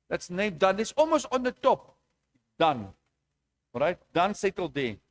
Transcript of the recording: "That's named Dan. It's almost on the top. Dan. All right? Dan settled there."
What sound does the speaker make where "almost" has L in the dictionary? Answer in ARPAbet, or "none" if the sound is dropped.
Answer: L